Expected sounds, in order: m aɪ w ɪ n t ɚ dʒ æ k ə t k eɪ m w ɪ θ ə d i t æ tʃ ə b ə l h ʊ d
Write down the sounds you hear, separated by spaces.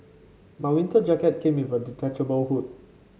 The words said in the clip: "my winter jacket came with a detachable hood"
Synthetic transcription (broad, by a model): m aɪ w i n t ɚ dʒ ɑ k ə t k eɪ m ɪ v ə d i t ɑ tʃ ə b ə w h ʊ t